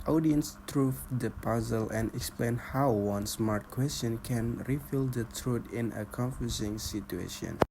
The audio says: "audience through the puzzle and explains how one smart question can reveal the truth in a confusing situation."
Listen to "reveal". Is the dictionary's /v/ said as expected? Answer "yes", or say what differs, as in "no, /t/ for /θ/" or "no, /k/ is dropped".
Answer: no, /f/ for /v/